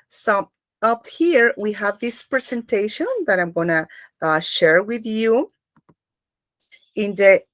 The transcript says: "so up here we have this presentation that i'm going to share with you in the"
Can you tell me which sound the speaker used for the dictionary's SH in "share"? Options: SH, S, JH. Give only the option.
SH